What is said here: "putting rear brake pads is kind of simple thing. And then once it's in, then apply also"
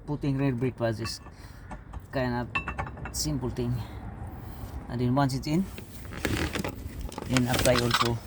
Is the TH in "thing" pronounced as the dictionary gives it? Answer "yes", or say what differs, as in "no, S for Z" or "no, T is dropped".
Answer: no, T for TH